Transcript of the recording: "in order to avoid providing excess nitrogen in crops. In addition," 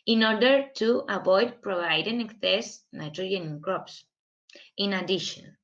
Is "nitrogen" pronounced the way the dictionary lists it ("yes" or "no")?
no